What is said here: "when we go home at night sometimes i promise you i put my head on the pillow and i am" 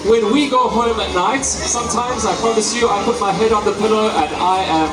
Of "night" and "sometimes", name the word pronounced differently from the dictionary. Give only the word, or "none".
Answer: none